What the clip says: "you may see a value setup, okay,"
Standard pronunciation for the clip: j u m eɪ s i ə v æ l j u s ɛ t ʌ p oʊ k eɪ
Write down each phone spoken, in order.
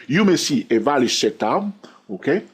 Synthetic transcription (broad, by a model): j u m eɪ s i ə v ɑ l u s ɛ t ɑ oʊ k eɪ